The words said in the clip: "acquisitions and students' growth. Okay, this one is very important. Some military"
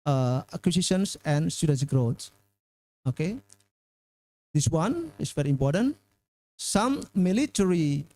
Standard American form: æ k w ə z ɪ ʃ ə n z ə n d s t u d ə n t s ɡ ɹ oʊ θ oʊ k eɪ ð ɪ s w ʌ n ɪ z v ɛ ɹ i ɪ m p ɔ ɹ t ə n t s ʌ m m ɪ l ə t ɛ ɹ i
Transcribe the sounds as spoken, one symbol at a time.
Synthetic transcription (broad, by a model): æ k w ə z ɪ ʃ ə n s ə n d s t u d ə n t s ɡ ɹ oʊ s oʊ k eɪ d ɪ s w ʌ n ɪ s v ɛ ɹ i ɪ m p ɔ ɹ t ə n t s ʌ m m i l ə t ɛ ɹ i